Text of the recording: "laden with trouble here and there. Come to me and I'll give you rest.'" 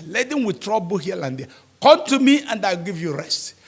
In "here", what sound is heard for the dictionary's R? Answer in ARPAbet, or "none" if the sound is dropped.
L